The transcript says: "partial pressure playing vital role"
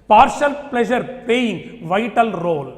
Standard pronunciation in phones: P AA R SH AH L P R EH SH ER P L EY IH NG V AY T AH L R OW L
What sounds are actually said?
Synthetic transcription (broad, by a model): P AA R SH AH L P L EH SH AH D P EY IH NG V AY T AH L R OW L